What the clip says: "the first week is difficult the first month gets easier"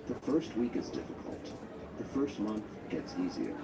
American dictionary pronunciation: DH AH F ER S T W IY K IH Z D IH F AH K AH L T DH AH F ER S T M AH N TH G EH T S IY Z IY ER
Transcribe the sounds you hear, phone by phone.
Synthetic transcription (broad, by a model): DH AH F ER S T W IY K IH Z D IH F AH K AH L T DH AH F ER S T M AH N TH G EH T S IY Z IY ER